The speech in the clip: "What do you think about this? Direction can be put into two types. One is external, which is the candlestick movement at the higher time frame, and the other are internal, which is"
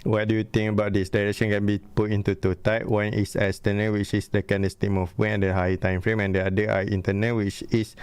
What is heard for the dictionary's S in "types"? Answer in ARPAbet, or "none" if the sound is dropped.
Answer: none